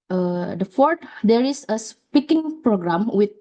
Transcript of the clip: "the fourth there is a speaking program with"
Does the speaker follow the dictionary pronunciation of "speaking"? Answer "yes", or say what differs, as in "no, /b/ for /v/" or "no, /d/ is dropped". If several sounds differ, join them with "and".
yes